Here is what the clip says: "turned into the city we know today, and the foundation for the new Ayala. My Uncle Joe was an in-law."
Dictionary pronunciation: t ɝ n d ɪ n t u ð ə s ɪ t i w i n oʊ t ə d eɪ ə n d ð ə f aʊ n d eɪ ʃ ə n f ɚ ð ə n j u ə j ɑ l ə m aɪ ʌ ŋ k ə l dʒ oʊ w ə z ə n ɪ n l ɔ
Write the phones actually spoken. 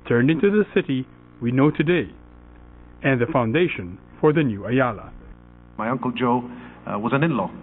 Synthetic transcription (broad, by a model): t ɝ n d ɪ n t u ð ə s ɪ t i w i n oʊ t ə d eɪ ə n ð ə f aʊ n d eɪ ʃ ə n f ɚ ð ə n j u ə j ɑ l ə m aɪ ʌ ŋ k ə l dʒ oʊ w ə z ə n ɪ n l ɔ